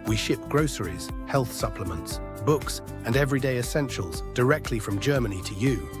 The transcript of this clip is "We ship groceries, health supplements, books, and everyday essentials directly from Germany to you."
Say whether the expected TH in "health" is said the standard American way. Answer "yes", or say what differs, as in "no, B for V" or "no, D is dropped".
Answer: yes